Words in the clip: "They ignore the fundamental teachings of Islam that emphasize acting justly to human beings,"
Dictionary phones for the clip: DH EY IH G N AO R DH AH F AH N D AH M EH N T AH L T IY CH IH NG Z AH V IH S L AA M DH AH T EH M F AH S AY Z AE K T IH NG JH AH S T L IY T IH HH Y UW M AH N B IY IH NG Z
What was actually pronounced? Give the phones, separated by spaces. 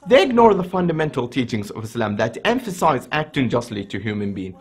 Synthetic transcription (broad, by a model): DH EY IH G N AO R DH AH F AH N D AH M EH N T L T IY CH IH NG Z AH V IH S L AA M DH AH T EH M F AH S AY Z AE K T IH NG JH AH S T L IY T IH HH Y UW M AH N B IY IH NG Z